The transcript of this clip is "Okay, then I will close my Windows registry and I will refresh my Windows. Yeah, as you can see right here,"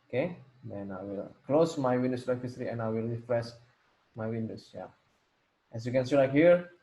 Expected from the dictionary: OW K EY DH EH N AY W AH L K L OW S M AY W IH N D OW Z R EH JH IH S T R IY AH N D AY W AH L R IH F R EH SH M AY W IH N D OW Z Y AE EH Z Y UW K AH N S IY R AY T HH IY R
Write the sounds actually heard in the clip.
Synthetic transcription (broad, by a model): OW K EY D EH N AY W AH L K L OW S M AY W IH N D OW S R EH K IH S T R IY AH N AY W AH L R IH F R EH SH M AY W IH N D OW S Y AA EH S Y UW K AH N S IY L AY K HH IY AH